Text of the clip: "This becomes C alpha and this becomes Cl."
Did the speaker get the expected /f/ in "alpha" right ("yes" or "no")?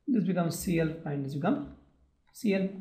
no